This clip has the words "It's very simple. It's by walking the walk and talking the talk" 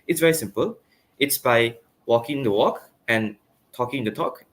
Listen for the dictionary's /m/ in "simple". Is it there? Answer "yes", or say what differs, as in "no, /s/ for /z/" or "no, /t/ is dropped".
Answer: yes